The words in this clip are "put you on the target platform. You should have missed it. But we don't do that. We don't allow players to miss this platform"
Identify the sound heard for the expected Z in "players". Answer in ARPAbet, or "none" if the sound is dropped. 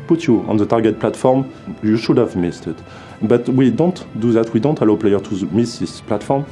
none